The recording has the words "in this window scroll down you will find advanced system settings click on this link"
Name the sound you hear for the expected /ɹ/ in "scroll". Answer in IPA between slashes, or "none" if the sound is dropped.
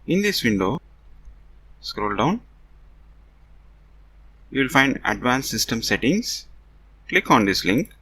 /ɹ/